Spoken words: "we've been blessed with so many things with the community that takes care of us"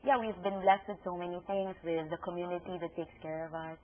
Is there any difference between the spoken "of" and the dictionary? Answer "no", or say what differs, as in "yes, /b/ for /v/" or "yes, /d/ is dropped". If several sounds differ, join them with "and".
no